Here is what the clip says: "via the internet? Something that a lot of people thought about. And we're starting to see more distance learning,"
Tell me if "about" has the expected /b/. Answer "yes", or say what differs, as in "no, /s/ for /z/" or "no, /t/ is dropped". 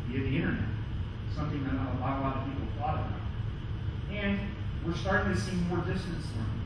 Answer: no, /b/ is dropped